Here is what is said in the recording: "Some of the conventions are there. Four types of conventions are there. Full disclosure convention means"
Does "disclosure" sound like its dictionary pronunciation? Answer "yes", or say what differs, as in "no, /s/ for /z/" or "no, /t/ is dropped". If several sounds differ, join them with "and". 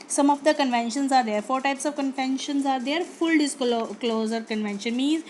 no, /z/ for /ʒ/